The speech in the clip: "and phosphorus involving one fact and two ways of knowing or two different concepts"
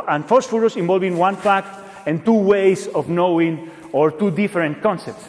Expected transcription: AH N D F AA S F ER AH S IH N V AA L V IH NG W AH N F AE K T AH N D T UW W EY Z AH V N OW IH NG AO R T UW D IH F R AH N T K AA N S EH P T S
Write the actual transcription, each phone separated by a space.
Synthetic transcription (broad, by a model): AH N F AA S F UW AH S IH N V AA L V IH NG W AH N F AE K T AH N T UW W EY S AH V N OW IH NG AO R T UW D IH F R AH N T K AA N S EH P T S